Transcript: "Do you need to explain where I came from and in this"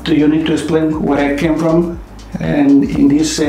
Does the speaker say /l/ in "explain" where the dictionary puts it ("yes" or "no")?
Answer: yes